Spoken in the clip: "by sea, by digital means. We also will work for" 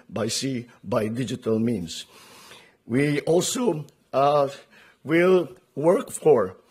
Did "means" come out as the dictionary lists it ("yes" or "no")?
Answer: no